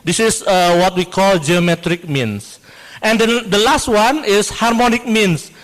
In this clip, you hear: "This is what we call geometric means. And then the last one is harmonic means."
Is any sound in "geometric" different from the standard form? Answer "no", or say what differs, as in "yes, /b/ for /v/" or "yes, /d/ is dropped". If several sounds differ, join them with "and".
no